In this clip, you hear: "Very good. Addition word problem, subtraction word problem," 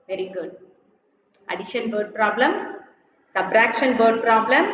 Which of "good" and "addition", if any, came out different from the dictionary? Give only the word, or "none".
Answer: none